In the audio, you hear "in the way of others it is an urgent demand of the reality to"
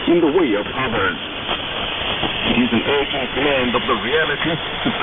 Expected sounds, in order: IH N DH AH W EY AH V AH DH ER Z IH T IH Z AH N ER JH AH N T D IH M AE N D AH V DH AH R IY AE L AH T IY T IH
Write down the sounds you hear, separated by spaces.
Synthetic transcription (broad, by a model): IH N DH AH W EY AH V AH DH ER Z IH T IH Z AH N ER AH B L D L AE N D AH V DH AH R IY AE L AH T IY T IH